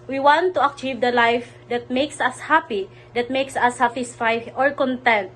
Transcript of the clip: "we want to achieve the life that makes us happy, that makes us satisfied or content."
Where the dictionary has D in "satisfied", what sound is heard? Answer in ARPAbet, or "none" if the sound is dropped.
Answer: none